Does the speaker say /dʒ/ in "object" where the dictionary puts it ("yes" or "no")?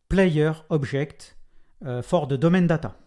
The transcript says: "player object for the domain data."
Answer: no